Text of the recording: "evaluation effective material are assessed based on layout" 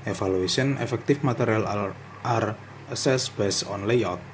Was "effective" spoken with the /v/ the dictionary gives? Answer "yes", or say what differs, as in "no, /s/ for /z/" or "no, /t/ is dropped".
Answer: no, /f/ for /v/